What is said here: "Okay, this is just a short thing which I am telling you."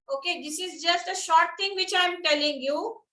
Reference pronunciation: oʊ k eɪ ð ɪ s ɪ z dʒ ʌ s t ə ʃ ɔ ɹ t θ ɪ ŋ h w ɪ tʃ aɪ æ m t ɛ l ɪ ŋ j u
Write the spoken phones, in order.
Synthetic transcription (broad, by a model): oʊ k eɪ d ɪ s ɪ z dʒ ʌ s t ə ʃ ɔ ɹ t t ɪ ŋ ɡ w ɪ tʃ aɪ m t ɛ l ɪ ŋ j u